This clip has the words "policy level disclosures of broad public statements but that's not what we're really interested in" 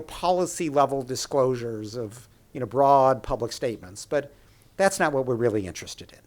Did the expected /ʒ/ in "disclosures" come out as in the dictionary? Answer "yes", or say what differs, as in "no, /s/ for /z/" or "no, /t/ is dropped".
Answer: yes